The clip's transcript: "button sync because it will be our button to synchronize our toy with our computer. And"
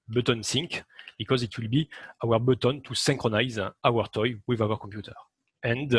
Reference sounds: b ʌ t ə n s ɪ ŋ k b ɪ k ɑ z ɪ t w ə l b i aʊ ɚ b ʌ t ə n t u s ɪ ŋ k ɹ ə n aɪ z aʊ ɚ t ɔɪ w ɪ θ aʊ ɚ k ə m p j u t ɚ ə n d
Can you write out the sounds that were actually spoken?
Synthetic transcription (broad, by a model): b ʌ t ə n s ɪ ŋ k b ɪ k ɑ z ɪ t w ə l b i aʊ ɚ b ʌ t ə n t u s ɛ ŋ k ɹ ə n aɪ z aʊ ɚ t ɔɪ w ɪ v aʊ ɚ k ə m p j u t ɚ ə n d